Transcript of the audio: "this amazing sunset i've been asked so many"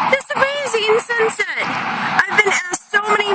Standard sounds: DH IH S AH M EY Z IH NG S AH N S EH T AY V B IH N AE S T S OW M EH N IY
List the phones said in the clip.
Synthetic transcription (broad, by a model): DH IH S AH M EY Z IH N S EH N S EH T AY V B IH N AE T S OW M EH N IY